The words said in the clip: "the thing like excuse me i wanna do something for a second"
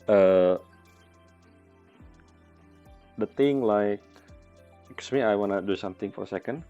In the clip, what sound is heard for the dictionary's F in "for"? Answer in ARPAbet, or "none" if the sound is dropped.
F